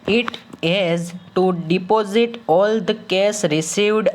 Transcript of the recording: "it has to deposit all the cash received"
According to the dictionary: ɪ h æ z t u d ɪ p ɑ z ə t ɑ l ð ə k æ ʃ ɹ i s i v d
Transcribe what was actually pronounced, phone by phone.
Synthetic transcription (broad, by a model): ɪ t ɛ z t u d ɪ p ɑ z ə t ɑ l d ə k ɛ s ɹ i s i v d